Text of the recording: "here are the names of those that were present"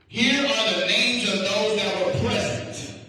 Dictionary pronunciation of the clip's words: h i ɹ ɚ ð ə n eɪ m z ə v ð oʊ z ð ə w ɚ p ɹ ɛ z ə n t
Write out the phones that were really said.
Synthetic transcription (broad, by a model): h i ɹ ɚ ð ə n eɪ m z ə v ð oʊ z ð ə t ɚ p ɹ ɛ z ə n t